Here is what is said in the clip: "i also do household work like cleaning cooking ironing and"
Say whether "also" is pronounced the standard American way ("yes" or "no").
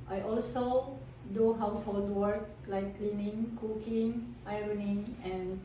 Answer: yes